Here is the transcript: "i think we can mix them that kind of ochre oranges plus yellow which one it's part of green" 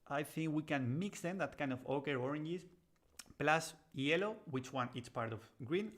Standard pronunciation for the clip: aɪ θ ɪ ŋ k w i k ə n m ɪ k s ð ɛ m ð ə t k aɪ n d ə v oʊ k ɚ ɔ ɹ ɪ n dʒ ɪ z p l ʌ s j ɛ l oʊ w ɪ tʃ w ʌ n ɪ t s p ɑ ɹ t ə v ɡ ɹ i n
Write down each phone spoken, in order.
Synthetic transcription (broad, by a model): aɪ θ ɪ ŋ k w i k ə n m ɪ k s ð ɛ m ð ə t k aɪ n d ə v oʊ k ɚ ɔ ɹ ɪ n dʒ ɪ s p l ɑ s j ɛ l oʊ w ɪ tʃ w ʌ n ɪ t s p ɑ ɹ t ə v ɡ ɹ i n